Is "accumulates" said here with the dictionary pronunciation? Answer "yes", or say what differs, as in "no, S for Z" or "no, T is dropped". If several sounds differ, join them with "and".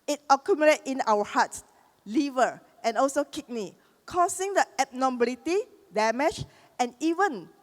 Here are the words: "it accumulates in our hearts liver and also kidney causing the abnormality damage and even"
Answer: no, S is dropped